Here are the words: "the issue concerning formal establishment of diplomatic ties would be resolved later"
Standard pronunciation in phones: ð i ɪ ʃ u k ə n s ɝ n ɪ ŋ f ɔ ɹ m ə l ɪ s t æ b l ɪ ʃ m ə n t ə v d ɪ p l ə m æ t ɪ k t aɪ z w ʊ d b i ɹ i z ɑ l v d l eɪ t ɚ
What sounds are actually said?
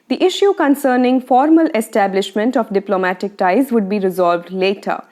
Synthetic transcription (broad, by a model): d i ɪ ʃ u k ə n s ɝ n ɪ ŋ f ɔ ɹ m ə l ɪ s t æ b l ɪ ʃ m ə n t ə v d ɪ p l ə m æ t ɪ k t aɪ z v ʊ d b i ɹ i z ɑ l v d l eɪ t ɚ